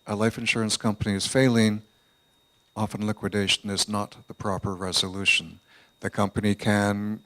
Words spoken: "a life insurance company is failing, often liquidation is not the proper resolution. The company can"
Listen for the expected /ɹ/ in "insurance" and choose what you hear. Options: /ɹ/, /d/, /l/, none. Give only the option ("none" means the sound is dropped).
/ɹ/